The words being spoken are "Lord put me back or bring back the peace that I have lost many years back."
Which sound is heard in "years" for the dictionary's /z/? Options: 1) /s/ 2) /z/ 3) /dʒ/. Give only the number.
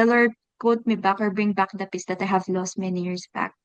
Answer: 1